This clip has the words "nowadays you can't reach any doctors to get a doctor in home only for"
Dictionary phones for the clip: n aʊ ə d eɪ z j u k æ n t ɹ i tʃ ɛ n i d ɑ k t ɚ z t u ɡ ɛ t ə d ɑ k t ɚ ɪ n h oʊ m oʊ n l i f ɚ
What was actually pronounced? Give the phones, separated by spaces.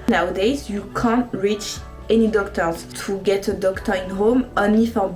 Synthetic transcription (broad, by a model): n aʊ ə d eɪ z j u k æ n t ɹ i tʃ ɛ n i d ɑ k t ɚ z t u ɡ ɛ t ə d ɑ k t ɚ ɪ n h oʊ m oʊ n i f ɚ